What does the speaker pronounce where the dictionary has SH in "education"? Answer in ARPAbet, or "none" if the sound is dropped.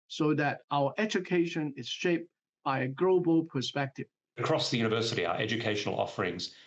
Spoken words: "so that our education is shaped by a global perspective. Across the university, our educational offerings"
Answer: SH